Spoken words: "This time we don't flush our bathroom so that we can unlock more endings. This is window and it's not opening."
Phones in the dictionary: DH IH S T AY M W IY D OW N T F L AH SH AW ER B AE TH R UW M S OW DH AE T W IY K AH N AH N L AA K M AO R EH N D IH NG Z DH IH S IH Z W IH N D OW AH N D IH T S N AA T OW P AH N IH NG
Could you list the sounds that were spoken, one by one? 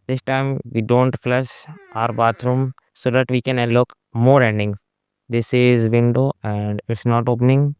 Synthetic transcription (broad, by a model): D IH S T AY M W IY D OW N T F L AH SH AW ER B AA T R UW M S OW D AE T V IY K AH N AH L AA K M AO R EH N D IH NG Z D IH S IH Z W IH N D OW AH N D IH T S N AA T OW P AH N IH NG